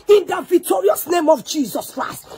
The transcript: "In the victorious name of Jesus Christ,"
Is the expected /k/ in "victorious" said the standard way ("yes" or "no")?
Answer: yes